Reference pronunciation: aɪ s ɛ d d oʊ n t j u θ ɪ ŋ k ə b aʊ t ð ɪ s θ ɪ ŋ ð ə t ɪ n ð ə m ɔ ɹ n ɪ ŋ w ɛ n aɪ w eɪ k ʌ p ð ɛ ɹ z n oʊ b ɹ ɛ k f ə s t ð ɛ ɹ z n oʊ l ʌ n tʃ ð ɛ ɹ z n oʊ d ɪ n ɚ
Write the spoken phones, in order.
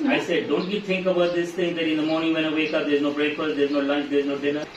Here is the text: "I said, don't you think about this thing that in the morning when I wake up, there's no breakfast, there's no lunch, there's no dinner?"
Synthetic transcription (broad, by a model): aɪ s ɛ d d oʊ n t j u t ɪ ŋ k ə b aʊ t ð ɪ s t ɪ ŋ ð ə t ɪ n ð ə m ɔ ɹ n ɪ ŋ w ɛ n aɪ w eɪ k ʌ p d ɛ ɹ z n oʊ b ɹ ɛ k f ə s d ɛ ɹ z n oʊ l ʌ n tʃ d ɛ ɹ z n oʊ d ɪ n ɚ